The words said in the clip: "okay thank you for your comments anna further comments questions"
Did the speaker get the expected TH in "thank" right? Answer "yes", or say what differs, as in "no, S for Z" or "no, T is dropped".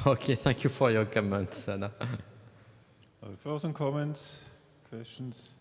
yes